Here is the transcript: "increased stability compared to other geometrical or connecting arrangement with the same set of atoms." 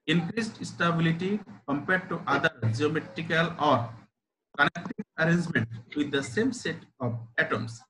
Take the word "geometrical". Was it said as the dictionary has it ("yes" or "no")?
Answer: yes